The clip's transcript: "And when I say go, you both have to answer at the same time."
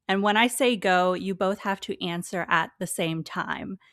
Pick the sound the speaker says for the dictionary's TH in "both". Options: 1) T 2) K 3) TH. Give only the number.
3